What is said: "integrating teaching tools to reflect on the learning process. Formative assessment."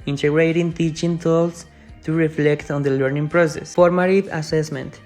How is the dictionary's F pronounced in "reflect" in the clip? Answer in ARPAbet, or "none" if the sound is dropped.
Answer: F